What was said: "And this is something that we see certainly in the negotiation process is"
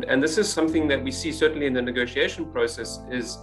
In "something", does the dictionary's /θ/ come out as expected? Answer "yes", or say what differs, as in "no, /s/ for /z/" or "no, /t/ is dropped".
yes